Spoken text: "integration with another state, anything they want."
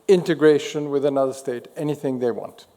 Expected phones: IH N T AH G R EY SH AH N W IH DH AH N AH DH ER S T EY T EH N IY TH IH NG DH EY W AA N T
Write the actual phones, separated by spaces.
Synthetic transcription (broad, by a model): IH N T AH G R EY SH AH N W IH DH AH N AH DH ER S T EY T EH N IY TH IH NG DH EY W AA N T